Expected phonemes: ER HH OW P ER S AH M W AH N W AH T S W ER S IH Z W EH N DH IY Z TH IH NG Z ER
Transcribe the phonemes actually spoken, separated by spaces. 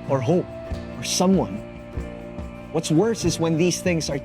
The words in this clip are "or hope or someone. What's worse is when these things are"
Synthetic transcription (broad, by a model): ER HH OW P ER S AH M W AH N W AH T S W ER S IH Z W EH N DH IY Z TH IH NG Z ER